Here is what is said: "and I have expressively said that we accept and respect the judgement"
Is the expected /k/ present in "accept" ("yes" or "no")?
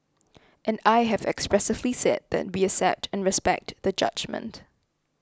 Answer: no